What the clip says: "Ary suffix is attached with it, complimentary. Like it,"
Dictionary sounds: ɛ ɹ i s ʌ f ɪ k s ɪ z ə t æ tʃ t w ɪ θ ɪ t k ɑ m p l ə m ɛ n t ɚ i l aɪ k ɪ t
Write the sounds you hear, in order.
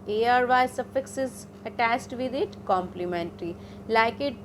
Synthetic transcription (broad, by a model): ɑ ɹ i s ʌ f ɪ k s ɪ z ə t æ s t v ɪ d ɪ t k ɑ m p l ə m ɛ n t ɚ i l aɪ k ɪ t